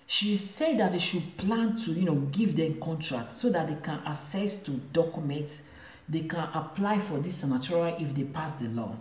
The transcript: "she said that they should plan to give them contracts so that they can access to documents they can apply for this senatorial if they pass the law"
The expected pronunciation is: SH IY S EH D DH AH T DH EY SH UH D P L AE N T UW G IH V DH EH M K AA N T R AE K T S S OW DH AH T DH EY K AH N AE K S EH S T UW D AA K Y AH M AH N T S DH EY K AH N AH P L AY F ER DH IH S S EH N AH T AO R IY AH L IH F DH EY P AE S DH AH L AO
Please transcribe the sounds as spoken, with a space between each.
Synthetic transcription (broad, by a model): SH IY S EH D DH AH T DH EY SH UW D P L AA N T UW G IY V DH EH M K AA N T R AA K T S S OW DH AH T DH EY K AH N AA S EH S T UW D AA K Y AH M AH N T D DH EY K AH N AH P L AY F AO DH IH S S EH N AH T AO R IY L IH F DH EY P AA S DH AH L AO